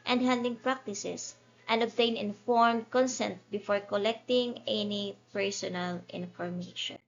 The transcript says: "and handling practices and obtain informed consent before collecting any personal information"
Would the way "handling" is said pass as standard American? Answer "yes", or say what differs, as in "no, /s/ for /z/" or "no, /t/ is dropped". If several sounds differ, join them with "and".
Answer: no, /l/ is dropped